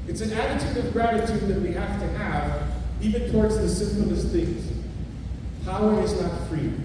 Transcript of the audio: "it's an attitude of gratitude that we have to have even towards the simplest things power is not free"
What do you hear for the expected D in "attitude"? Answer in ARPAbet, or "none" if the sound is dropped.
D